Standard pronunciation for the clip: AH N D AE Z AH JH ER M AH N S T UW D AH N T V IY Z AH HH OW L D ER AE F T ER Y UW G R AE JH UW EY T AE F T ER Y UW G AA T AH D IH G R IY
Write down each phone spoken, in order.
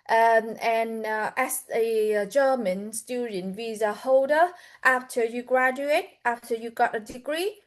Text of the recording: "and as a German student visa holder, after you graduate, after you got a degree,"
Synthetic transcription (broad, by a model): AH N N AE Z AH JH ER M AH N S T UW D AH N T V IY Z AH HH OW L D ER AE F T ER Y UW G R AE JH UW EY T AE F T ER Y UW G AA T AH D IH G R IY